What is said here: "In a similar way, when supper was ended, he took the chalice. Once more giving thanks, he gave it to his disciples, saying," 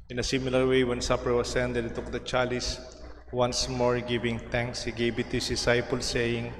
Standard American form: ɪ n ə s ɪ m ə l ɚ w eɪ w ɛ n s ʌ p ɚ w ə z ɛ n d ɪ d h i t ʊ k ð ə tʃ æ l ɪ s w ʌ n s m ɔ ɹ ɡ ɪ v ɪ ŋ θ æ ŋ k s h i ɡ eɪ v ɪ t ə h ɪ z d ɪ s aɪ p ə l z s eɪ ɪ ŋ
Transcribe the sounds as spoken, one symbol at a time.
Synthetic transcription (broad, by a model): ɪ n ə s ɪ m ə l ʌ w eɪ w ɛ n s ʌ p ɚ w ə s ɛ n d ɪ d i t ʊ k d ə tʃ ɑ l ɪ s w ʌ n s m ɔ ɹ ɡ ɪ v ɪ ŋ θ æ ŋ k s h i ɡ eɪ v ɪ t ə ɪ s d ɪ s aɪ p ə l s eɪ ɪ ŋ